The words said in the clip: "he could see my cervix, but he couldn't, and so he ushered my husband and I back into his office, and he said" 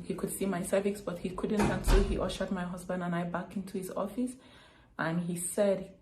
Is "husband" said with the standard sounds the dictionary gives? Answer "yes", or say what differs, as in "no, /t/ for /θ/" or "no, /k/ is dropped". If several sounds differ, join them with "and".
yes